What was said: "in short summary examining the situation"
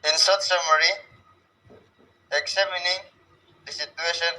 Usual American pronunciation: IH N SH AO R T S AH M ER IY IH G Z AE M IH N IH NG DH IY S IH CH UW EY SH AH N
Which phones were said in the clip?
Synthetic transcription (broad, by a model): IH N S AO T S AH M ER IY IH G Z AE M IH N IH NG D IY S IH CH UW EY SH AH N